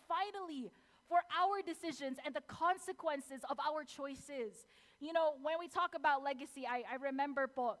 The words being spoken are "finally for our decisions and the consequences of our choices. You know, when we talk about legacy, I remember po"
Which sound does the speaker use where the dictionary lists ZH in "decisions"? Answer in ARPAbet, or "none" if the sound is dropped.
ZH